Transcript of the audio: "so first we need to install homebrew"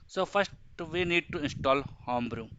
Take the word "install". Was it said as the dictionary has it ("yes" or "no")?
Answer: yes